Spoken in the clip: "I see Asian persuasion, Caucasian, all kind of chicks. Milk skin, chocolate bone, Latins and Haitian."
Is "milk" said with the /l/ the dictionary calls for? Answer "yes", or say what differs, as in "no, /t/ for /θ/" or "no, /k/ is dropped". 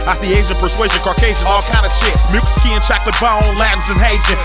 no, /l/ is dropped